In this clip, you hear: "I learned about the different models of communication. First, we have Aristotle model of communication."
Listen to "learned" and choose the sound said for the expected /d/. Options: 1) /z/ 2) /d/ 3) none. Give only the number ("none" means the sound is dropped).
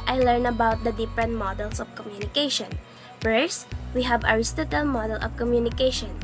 3